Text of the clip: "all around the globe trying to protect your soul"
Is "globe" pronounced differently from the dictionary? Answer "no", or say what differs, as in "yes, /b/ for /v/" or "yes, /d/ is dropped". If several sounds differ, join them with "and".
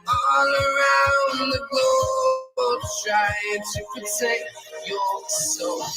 yes, /l/ is dropped